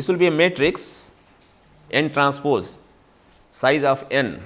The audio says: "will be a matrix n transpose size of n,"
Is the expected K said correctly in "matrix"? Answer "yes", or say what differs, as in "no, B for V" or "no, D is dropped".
yes